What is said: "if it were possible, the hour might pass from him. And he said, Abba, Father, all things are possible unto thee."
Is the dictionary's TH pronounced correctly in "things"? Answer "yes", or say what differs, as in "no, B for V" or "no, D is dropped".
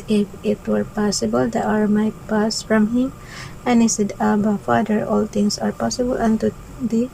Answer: no, T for TH